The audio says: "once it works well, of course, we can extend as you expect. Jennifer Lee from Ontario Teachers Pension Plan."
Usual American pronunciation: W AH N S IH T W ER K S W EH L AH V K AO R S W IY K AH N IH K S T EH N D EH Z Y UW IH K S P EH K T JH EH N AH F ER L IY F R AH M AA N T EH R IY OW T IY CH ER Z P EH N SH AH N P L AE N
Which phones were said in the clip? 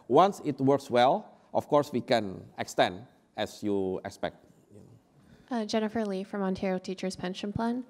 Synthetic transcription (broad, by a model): W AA N S IH T W ER K S W EH L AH F K AO R S W IY K AH N IH K S T EH N D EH S Y UW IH K S P EH K T JH EH N AH F ER L IY F R AH M AA N T EH R IY OW T IY CH ER Z P EH N SH AH N P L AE N